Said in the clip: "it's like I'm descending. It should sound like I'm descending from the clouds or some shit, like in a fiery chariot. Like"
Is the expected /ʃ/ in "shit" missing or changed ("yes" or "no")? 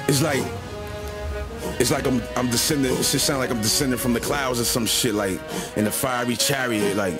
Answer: no